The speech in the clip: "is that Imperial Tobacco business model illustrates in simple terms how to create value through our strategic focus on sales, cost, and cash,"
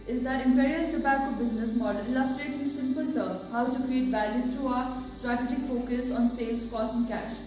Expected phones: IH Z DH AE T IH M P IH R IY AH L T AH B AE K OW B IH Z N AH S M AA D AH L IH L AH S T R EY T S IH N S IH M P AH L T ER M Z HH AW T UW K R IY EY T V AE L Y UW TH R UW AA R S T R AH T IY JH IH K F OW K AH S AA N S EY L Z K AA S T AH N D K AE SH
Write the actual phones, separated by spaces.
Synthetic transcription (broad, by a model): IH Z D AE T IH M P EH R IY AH T AH B AE K OW B IH Z N AH S M AA D AH L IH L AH S T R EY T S IH N S IH M P AH L T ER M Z HH AW T UW K R IY EY T B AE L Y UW T R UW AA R S T R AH T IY JH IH K F OW K AH S AA N S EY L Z K AA S T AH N K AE SH